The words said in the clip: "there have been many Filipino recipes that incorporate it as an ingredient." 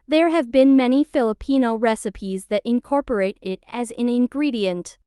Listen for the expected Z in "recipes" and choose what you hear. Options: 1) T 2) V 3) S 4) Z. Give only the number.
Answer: 4